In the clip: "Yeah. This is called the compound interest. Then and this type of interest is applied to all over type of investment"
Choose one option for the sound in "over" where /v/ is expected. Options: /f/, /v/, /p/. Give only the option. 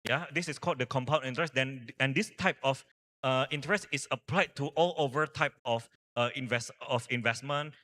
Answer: /v/